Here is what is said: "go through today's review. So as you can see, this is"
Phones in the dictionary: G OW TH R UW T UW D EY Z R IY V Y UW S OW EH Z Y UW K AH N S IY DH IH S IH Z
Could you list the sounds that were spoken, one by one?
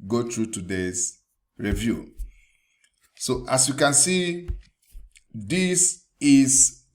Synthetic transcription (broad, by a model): G OW T R UW T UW D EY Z R IY V Y UW S OW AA S Y UW K AH N S IY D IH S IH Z